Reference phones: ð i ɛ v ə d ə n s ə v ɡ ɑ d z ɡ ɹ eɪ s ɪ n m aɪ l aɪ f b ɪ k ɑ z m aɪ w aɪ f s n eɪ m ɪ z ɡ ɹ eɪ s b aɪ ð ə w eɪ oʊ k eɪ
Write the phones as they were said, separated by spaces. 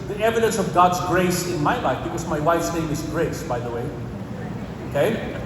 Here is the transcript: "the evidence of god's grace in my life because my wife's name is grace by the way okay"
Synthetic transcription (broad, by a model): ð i ɛ v ə d ə n s ə v ɡ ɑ d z ɡ ɹ eɪ s ɪ n m aɪ l aɪ f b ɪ k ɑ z m aɪ w aɪ f s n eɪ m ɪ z ɡ ɹ eɪ s b aɪ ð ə w eɪ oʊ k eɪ